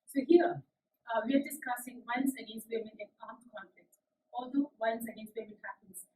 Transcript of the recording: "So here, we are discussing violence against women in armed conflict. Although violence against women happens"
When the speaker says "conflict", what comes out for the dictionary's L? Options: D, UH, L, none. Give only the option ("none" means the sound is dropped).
L